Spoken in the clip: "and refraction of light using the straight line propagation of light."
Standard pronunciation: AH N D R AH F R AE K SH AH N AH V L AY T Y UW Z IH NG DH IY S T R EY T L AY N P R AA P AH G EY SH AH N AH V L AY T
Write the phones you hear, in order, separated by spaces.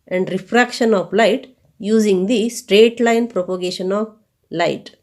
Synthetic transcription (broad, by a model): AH N D R AH F R AE K SH AH N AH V L AY T Y UW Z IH NG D IY S T R EY T L AY N P R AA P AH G EY SH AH N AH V L AY T